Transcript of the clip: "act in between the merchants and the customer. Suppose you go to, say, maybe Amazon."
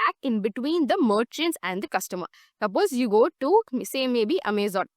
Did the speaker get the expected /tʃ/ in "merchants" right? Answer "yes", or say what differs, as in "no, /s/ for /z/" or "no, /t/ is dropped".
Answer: yes